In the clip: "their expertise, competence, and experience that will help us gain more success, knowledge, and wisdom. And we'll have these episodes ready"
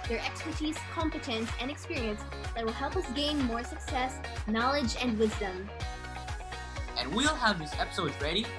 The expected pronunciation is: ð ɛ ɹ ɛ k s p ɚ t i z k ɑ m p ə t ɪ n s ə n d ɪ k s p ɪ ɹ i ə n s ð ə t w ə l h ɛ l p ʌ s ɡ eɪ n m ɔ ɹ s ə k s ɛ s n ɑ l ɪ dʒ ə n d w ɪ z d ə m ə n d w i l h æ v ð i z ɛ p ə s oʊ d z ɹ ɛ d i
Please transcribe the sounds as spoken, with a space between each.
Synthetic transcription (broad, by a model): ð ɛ ɹ ɛ k s p ɚ t i z k ɑ m p ə t ɪ n s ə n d ɪ k s p ɪ ɹ i ə n s ð ə t w ə l h ɛ l p ʌ s ɡ eɪ n m ɔ ɹ s ə k s ɛ s n ɑ l ɪ dʒ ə n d w ɪ z d ə m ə n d w i l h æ v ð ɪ s ɛ p ə s oʊ d z ɹ ɛ d i